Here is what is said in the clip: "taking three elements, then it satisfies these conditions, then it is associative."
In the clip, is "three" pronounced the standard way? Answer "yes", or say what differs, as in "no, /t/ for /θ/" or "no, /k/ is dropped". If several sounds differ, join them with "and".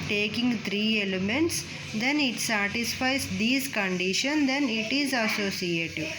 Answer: no, /t/ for /θ/